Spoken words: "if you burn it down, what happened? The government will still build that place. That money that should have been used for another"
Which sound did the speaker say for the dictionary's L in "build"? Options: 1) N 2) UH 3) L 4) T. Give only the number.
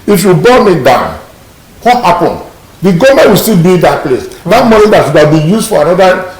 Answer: 1